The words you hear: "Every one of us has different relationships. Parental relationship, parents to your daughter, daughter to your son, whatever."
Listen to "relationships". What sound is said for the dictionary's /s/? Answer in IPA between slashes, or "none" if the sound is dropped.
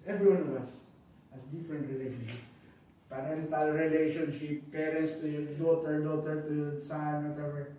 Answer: none